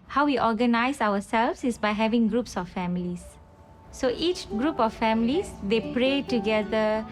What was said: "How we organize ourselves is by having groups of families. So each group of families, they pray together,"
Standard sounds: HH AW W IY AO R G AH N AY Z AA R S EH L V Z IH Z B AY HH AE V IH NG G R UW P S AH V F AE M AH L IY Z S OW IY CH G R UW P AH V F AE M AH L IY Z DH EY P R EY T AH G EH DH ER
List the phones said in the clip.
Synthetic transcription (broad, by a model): HH AW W IY AO G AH N AY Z AA W S EH L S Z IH S B AY HH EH V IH NG G R UW P S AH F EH M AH L IY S S OW IY CH G R UW P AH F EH M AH L IY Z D EY P R EY T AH G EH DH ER